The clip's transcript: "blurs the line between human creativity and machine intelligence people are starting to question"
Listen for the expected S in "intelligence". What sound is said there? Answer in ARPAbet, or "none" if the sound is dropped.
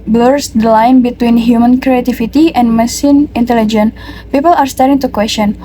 none